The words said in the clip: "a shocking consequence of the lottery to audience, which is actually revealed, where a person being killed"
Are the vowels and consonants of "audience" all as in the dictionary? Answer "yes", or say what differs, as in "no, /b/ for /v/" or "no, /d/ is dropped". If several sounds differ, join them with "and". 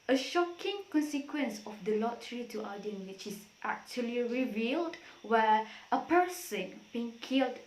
no, /s/ is dropped